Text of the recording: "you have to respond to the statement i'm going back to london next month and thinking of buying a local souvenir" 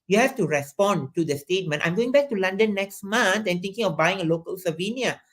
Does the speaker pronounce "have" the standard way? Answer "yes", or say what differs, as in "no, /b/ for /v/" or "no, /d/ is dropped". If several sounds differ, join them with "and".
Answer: no, /f/ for /v/